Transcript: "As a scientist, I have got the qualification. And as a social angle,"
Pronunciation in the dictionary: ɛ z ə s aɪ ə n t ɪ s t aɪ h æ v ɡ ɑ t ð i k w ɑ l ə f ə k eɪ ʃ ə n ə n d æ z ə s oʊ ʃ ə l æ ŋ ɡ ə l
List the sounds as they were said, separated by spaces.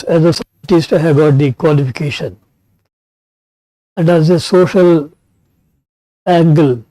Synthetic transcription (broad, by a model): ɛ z ə s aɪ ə t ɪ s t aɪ h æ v ɡ ɑ t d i k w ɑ l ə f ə k eɪ ʃ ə n ə n d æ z ə s oʊ ʃ ə l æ ŋ ɡ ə l